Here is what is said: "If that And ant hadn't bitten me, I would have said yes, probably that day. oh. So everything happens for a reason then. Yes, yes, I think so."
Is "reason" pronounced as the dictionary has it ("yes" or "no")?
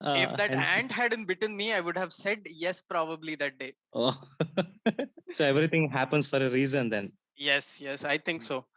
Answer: yes